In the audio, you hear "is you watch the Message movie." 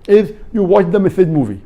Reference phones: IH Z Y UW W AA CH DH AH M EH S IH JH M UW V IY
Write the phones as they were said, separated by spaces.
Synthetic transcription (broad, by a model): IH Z Y UW W AA CH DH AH M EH TH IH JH M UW V IY